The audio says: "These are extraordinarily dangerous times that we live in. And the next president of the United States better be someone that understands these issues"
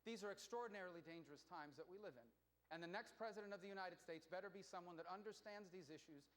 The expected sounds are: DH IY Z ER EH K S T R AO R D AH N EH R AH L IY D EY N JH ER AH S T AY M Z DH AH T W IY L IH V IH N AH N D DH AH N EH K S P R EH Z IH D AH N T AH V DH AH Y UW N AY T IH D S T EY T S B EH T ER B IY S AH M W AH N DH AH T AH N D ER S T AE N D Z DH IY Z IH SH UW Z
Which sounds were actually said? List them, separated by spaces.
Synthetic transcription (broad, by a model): DH IY Z ER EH K S T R AO R D N EH R L IY D EY N JH ER AH S T AY M Z DH AH T W IY L IH V IH N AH N DH AH N EH K S P R EH Z IH D AH N T AH V DH AH Y UW N AY T IH D S T EY T S B EH T ER B IY S AH M W AH N DH AH T AH N D ER S T AE N D Z DH IY Z IH SH UW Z